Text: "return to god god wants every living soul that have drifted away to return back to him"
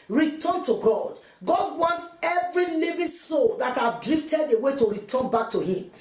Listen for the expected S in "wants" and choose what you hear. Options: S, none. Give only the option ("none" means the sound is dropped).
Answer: none